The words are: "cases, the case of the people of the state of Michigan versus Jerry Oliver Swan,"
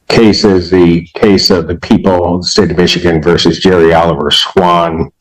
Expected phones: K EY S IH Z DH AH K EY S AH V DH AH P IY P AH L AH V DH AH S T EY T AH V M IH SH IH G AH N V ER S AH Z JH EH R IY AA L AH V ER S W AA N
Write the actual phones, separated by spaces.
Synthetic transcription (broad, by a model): K EY S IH Z DH AH K EY S AH V DH AH P IY P L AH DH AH S T EY T AH V M IH SH IH G AH N V ER S AH Z JH EH R IY AA L AH V ER S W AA N